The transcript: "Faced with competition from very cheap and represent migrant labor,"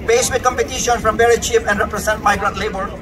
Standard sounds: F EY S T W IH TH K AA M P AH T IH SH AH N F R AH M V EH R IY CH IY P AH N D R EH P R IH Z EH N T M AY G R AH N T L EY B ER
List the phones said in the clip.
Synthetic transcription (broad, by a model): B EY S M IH K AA M P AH T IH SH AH N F R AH M B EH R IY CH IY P AH N D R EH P R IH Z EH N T M AY G R AH N T L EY B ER